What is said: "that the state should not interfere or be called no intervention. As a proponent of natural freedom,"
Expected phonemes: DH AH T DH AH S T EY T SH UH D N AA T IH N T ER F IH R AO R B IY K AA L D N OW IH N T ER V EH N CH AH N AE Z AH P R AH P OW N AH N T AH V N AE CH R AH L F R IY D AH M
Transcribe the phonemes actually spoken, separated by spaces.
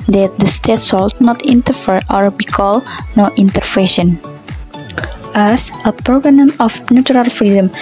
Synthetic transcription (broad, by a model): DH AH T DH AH S T EY T S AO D N AA T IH N T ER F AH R AO R B IY K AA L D N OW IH N T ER F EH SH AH N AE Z AH P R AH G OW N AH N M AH F N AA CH R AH L F R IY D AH M